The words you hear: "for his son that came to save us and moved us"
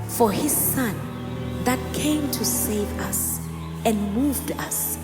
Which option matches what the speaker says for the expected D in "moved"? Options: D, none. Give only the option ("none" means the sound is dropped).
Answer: D